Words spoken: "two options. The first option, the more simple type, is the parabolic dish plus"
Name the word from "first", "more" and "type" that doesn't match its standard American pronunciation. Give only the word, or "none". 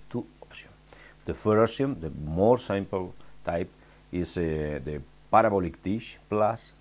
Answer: first